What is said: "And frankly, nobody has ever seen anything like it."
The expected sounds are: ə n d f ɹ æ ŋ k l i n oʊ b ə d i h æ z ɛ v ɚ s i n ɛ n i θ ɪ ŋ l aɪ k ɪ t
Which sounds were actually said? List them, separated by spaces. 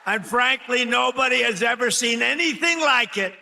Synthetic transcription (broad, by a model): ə n f ɹ æ ŋ k l i n oʊ b ə d i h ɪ z ɛ v ɚ s i n ɛ n i θ ɪ ŋ l aɪ k ɪ t